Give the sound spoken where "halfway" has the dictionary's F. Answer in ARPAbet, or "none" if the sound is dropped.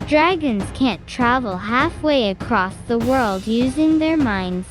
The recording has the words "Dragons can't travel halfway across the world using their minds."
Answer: F